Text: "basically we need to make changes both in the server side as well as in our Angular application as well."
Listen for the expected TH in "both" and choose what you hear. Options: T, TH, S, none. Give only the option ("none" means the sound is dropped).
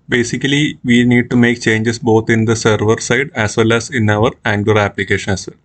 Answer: T